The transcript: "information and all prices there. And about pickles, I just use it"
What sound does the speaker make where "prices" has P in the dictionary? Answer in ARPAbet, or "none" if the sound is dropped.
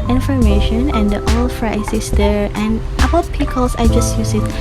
F